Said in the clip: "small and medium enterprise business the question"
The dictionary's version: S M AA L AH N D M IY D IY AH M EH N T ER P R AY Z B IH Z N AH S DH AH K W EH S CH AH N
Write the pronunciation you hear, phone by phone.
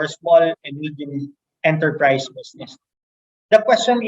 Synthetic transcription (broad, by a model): S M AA L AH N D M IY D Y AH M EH N T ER P R AY S B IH S N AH S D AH K W EH S CH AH N